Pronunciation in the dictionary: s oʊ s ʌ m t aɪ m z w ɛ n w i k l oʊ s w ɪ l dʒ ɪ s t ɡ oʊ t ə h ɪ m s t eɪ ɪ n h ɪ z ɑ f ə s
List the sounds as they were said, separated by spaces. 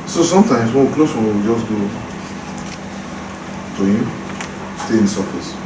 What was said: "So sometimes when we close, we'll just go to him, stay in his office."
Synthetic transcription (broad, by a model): s oʊ s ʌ m t aɪ m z w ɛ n w i k l oʊ s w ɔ w dʒ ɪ s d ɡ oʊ t ə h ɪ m s t eɪ ɪ n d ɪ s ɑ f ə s